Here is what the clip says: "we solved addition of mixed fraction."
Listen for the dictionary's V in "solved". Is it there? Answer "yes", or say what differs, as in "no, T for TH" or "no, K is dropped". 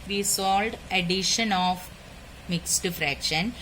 no, V is dropped